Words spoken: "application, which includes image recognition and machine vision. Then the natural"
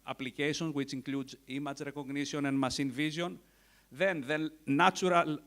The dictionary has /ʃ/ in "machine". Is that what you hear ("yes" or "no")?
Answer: no